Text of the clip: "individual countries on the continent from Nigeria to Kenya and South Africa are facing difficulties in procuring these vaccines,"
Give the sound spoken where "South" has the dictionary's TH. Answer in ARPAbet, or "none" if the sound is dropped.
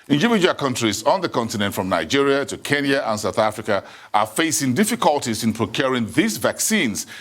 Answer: TH